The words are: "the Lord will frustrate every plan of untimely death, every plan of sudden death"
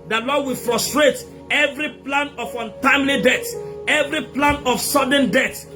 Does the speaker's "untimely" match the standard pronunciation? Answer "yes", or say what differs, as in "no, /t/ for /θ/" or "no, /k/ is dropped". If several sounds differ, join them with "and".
yes